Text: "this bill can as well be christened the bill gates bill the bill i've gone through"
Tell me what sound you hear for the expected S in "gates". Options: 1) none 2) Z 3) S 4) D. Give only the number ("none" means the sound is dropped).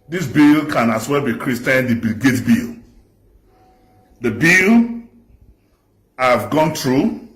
1